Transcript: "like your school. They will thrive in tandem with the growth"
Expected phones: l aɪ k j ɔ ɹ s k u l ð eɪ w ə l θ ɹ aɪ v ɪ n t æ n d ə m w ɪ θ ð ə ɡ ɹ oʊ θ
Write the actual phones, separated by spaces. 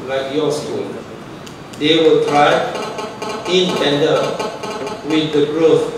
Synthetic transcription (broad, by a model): l aɪ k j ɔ s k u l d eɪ w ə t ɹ aɪ ɪ n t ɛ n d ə w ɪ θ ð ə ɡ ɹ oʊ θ